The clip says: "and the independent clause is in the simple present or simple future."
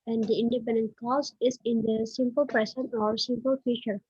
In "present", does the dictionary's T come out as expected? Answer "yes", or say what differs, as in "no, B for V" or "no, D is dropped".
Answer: no, T is dropped